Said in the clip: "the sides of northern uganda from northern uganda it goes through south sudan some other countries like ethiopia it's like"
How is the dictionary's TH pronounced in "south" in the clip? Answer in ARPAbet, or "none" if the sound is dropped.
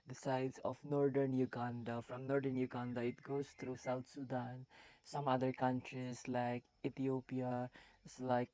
T